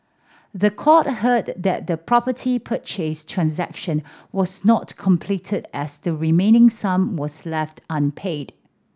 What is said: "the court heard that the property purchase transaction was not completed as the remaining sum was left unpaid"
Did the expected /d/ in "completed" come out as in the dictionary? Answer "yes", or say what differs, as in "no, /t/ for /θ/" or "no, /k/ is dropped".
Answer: yes